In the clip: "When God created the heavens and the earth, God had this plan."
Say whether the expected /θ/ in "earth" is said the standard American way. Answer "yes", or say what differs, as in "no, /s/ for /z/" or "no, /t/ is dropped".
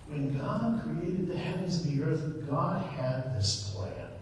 yes